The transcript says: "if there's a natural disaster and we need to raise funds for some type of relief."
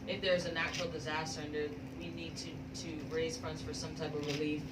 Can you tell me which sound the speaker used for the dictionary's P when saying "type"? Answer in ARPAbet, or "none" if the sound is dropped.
P